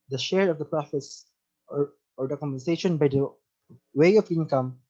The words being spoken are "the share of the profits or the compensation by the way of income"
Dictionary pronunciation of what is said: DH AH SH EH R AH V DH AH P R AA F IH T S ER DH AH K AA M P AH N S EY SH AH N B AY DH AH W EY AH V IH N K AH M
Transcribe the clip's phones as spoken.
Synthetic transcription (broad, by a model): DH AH SH EH R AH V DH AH P R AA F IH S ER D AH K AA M AH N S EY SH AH N B AY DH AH W EY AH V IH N K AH M